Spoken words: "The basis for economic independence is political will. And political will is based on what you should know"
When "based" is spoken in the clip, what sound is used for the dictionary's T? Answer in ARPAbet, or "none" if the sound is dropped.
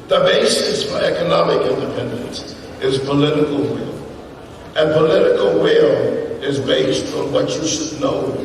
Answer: T